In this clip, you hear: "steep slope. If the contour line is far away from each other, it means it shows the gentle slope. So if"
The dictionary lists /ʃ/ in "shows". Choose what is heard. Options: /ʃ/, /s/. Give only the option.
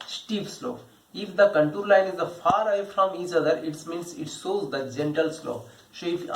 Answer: /s/